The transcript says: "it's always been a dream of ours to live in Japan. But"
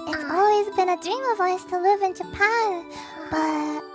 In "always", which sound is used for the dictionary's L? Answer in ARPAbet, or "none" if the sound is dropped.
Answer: L